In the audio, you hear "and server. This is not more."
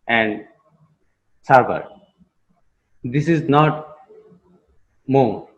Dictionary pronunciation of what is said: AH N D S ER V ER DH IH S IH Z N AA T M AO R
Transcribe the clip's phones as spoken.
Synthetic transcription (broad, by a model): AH N D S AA B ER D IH S IH Z N AA T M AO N